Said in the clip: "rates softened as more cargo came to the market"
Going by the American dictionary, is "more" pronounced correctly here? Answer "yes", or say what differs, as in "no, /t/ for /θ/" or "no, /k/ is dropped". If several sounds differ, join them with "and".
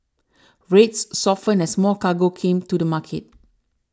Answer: no, /l/ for /ɹ/